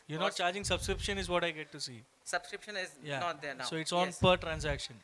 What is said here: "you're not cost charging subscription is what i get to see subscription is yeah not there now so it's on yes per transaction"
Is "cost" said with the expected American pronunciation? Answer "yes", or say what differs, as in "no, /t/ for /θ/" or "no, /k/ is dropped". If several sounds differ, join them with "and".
no, /s/ is dropped